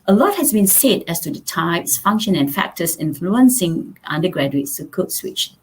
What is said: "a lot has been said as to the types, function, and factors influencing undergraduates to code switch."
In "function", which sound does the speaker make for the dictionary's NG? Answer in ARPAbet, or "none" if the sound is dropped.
NG